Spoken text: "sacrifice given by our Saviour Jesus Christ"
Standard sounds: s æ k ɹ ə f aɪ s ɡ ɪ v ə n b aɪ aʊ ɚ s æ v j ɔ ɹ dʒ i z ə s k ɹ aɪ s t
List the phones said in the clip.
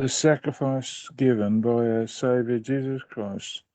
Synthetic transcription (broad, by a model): s æ k ɹ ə f aɪ s ɡ ɪ v ə n b aɪ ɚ s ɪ v j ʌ ɹ dʒ i z ə s k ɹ aɪ s t